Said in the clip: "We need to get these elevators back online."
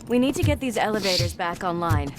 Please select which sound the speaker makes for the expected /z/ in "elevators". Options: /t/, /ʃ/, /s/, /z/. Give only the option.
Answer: /z/